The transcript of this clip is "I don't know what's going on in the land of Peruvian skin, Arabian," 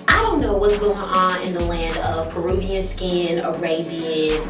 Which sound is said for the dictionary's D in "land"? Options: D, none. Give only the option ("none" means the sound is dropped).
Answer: D